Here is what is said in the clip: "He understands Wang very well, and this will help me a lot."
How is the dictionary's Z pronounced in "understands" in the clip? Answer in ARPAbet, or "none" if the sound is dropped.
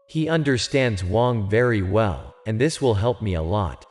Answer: Z